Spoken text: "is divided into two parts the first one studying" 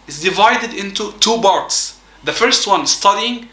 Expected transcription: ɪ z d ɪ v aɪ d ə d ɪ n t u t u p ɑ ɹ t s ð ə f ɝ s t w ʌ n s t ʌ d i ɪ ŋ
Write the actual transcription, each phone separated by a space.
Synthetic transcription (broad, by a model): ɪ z d ɪ v aɪ d ə d ɪ n t u t u b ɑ ɹ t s ð ə f ɝ s t w ʌ n s t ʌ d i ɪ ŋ